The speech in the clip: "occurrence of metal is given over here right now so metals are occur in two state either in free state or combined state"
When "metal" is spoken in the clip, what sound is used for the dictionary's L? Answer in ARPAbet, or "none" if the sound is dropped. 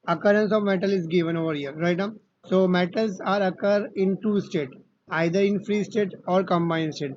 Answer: L